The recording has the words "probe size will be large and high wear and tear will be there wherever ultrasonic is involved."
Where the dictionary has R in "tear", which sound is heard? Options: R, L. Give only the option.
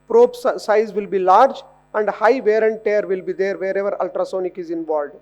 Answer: R